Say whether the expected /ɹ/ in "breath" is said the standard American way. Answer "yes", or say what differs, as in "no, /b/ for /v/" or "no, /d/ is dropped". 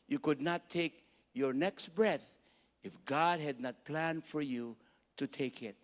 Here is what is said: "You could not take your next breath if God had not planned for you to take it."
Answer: yes